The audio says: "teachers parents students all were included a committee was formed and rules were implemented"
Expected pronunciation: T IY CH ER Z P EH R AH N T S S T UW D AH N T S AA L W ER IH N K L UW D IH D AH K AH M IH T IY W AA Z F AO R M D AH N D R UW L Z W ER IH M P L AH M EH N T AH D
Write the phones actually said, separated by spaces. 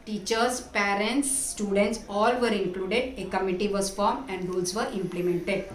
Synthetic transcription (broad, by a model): T IY CH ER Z P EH R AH N T S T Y UW D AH N T S AA L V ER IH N K L UW D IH D AH K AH M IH T IY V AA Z F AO R M AH N D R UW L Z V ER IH M P L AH M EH N T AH D